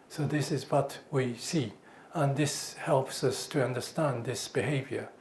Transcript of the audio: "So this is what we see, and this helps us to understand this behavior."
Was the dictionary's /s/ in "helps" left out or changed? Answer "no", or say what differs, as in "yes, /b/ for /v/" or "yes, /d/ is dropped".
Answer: no